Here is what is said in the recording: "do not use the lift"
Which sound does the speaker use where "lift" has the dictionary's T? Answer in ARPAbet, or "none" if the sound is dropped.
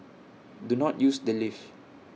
none